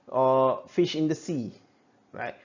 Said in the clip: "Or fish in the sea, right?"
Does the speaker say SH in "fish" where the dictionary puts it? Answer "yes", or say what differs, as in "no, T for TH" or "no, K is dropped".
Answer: yes